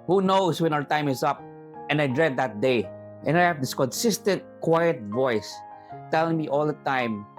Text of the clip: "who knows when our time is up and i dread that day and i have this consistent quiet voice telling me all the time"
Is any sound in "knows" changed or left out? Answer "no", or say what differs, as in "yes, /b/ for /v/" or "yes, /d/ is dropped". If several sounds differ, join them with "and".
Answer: yes, /s/ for /z/